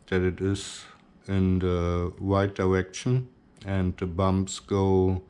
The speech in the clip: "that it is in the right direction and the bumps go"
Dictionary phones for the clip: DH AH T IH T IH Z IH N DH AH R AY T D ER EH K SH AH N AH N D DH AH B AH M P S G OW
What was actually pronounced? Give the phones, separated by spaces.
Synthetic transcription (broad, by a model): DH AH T IH T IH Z IH N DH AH W AY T D ER EH K SH AH N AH N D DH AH B AH M P S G OW